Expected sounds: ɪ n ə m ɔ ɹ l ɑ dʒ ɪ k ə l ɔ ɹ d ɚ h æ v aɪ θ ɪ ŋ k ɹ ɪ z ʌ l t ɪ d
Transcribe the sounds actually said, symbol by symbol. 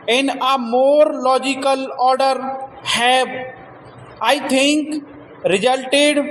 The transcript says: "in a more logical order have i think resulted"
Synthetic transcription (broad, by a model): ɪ n ə m ɔ ɹ l ɑ dʒ ɪ k ə l ɔ ɹ d ɚ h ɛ b aɪ t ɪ ŋ k ɹ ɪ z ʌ l t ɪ d